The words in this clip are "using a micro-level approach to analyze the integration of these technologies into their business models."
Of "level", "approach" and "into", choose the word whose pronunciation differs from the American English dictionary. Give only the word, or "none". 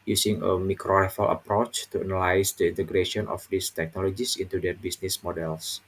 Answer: level